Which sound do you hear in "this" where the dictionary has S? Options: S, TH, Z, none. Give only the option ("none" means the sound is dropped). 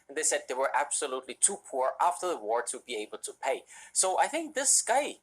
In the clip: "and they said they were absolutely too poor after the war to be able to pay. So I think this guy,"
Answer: S